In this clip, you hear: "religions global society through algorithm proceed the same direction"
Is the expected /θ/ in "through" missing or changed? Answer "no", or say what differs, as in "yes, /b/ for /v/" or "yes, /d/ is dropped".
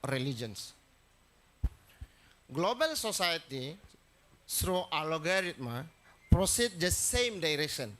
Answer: yes, /s/ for /θ/